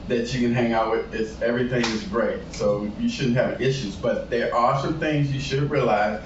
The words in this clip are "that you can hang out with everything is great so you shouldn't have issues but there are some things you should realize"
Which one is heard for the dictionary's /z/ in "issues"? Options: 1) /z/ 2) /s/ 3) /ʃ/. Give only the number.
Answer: 1